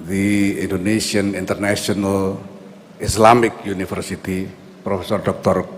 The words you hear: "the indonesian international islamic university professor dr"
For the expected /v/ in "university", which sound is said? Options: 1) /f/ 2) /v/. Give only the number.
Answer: 1